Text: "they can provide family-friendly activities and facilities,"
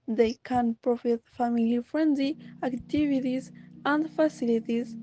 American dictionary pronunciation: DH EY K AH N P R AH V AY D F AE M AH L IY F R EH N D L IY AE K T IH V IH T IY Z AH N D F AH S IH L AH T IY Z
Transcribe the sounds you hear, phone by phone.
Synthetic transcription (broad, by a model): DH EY K AH N P R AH F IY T F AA M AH L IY F R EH N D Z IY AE K T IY V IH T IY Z AH N D F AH S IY L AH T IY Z